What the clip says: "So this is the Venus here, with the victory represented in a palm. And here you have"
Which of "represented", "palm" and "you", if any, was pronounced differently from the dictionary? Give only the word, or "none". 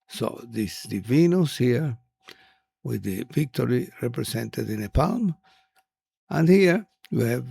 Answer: represented